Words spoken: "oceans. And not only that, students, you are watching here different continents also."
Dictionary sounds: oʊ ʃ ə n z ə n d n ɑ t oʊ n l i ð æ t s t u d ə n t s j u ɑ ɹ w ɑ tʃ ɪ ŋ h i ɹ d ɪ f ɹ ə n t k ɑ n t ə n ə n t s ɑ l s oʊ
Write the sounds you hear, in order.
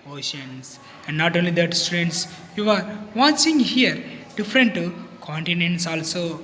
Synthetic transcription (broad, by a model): oʊ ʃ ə n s ə n d n ɑ t oʊ n l i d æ t s t u d ə n t s j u ɑ ɹ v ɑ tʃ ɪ ŋ h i ɹ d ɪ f ɹ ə n t k ɑ n t ə n ə n t s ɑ l s oʊ